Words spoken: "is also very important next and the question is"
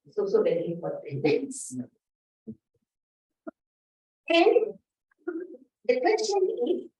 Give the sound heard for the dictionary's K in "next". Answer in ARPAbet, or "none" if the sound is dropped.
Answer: none